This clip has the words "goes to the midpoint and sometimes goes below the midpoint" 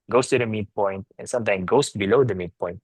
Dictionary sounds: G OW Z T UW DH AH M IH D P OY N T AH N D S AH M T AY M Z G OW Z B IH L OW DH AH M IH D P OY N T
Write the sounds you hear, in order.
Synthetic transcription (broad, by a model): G OW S T UW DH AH M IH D P OY N T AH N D S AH M T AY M G OW S B IH L OW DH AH M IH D P OY N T